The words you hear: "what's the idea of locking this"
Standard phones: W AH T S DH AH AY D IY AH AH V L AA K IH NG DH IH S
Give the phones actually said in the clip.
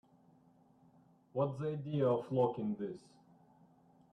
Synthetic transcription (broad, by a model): W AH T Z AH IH D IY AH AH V L AA K IH NG DH IH S